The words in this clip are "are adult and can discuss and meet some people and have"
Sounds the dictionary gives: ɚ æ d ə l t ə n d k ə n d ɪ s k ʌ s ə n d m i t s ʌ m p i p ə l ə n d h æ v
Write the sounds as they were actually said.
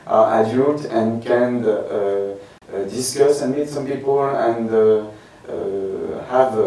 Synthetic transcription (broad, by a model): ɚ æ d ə t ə n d k ə n d ɪ s k ʌ s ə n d m i t s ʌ m p i p ə l ə n d h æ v